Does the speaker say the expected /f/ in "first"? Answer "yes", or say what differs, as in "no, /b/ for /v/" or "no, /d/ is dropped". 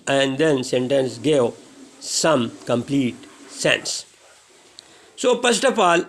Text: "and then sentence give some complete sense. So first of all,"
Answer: no, /p/ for /f/